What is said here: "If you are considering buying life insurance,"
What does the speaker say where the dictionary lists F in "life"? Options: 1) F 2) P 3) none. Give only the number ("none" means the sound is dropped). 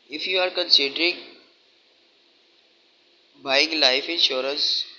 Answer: 1